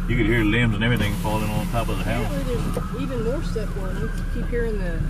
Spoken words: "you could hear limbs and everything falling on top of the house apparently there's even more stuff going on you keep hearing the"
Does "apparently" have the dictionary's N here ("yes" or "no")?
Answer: no